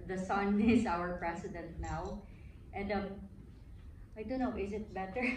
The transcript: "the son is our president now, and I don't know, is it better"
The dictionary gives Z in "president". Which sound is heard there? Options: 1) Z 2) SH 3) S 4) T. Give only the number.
3